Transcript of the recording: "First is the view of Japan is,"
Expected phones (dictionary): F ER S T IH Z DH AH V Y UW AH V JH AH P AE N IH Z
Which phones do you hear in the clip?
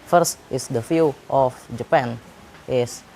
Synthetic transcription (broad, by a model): F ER S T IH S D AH F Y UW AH F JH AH P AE N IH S